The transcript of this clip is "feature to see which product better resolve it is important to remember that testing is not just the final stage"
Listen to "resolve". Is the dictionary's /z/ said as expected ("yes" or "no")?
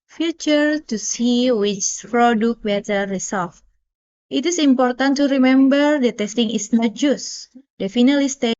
no